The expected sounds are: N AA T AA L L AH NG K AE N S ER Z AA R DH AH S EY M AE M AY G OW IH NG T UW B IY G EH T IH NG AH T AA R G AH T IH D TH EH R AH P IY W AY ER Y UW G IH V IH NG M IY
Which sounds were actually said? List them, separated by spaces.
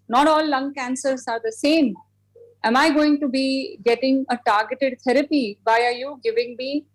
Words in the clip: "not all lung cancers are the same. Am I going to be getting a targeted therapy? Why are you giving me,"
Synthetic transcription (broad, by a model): N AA T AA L L AH NG K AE N S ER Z AA R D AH S EY M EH M AY G OW IH NG T UW B IY G EH T IH NG AH T AA R G AH T IH D T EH R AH P IY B AY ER Y UW G IH V IH NG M IY